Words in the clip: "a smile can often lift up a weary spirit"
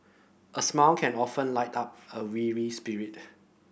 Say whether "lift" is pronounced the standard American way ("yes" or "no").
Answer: no